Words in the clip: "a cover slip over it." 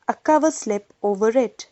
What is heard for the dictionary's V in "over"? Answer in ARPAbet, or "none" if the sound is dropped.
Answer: V